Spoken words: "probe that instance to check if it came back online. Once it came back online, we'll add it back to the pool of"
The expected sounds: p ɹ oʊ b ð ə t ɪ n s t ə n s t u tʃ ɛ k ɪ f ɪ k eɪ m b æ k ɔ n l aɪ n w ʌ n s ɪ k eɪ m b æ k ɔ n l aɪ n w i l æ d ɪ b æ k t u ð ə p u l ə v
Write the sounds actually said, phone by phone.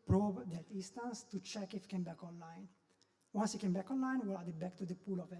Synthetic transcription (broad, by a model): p ɹ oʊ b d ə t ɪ s t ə n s t u tʃ ɛ k ɪ f k eɪ m b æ k ɔ n l aɪ n w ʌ n s ɪ k eɪ m b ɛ k ɔ n l aɪ n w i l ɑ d ɪ b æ k t u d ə p u l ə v